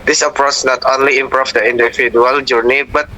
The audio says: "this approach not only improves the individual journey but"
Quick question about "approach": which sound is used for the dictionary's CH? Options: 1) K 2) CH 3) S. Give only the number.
3